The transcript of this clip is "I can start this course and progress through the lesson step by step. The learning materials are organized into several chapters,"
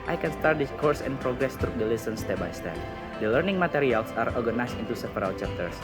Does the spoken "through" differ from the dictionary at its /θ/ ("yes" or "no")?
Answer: yes